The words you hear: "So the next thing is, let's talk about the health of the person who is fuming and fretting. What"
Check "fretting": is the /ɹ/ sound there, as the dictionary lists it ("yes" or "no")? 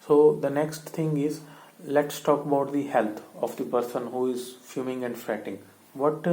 yes